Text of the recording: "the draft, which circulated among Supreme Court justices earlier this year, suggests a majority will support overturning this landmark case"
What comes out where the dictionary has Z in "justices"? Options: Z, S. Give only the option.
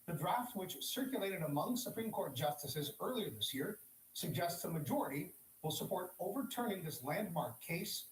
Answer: Z